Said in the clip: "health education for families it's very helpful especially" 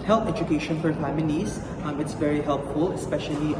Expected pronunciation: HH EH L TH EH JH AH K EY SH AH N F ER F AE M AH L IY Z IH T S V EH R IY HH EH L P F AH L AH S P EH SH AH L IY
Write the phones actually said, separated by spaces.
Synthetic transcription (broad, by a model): HH EH L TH EH JH AH K EY SH AH N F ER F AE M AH N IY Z IH T S V EH R IY HH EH L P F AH L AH S P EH SH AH L IY